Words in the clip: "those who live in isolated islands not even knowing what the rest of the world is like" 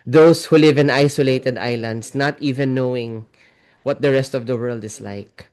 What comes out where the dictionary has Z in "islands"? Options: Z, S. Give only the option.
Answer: S